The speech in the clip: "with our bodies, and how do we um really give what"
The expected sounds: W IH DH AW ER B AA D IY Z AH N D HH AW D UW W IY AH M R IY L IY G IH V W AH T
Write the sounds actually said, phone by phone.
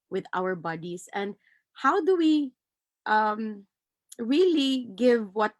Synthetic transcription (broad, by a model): W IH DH AW ER B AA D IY S AH N D HH AW D UW W IY AH M R IY L IY G IH V W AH T